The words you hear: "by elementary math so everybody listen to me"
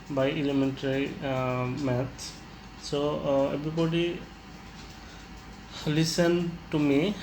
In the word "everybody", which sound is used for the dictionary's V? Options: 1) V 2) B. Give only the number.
2